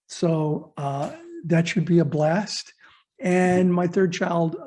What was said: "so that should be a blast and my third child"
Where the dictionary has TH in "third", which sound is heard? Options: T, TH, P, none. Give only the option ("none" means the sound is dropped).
TH